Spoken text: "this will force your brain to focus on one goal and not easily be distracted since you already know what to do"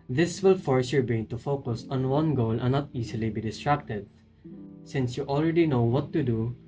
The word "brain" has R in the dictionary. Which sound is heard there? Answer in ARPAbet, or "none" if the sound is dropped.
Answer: none